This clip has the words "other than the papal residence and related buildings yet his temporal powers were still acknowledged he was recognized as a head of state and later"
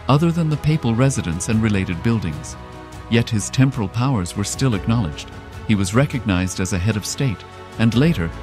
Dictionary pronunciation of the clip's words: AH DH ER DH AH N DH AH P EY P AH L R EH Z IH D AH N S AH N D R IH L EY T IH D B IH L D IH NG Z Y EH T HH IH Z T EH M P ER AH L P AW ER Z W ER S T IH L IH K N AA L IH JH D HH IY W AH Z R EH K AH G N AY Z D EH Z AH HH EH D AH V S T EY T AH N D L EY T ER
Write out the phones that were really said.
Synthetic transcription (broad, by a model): AH DH ER DH AH N DH AH P EY P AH L R EH Z IH D AH N S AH N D R IH L EY T IH D B IH L D IH NG Z Y EH T HH IH Z T EH M P ER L P AW ER Z W ER S T IH L IH K N AA L IH JH D HH IY W AH Z R EH K AH G N AY Z D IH Z AH HH EH D AH V S T EY T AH N L EY T ER